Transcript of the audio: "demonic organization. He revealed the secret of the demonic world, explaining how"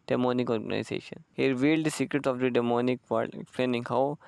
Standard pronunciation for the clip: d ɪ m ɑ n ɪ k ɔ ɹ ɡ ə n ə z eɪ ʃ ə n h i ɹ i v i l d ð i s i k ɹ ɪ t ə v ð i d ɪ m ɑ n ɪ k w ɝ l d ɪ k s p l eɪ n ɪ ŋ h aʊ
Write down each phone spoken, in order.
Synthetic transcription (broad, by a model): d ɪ m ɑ n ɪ k ɔ ɹ ɡ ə n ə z eɪ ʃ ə n h i ɹ i v i l d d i s i k ɹ ɪ t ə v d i d ɪ m ɑ n ɪ k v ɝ d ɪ k s p l eɪ n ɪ ŋ h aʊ